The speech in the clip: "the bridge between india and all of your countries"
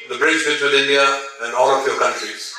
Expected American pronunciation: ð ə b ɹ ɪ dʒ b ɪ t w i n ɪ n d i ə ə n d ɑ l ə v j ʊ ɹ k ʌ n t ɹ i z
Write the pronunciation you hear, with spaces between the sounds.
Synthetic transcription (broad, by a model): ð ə b ɹ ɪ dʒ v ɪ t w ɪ l ɪ n d i ə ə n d ɑ l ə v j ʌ k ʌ n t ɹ i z